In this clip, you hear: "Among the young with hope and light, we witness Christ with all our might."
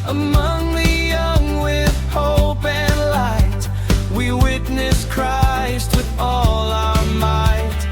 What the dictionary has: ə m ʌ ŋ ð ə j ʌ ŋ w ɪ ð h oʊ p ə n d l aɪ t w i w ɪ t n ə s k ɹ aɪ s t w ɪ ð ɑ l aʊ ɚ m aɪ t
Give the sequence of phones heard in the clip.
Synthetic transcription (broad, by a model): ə m ʌ ŋ ð ə j ʌ ŋ w ɪ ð h oʊ p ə n l aɪ t w i w ɪ t n ə s k ɹ aɪ s t w ɪ ð ɑ l aʊ ɚ m aɪ t